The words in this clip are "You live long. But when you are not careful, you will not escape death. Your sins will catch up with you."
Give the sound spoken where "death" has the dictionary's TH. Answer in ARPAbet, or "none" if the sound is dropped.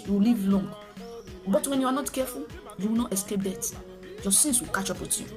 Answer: T